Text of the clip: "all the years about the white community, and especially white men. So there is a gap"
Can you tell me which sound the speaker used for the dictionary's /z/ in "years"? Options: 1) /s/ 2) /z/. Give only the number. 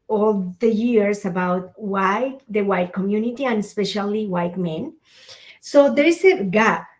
1